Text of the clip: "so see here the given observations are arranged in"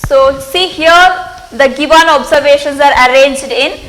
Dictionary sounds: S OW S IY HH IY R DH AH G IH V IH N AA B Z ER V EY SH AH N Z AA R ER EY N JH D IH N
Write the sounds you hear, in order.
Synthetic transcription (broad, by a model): S OW S IY HH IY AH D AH G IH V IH N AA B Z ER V EY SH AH N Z AA R ER EY N JH D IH N